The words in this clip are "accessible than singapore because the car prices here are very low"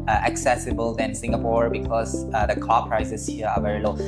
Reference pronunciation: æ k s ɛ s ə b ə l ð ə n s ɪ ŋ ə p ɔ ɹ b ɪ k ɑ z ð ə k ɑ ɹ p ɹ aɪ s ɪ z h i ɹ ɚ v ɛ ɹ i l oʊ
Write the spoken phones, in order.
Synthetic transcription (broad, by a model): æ k s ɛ s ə b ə l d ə n s ɪ ŋ ə p ɔ ɹ b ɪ k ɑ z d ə k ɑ p ɹ aɪ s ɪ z h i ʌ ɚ v ɛ ɹ i l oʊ